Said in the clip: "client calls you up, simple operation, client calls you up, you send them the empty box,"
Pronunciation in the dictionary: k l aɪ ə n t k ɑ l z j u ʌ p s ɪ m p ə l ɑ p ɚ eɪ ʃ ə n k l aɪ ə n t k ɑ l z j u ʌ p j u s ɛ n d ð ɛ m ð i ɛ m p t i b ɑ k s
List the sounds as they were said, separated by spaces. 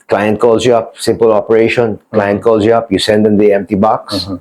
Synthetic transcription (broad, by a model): k l aɪ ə n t k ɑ l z j u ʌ p s ɪ m p ə l ɑ p ɚ eɪ ʃ ə n k l aɪ ə n t k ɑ l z j u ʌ p j u s ɛ n d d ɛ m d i ɛ m p t i b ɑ k s